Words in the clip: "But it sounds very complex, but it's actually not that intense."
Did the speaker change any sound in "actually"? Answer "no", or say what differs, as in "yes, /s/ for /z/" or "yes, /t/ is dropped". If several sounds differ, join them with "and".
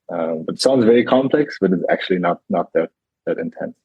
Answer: yes, /n/ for /l/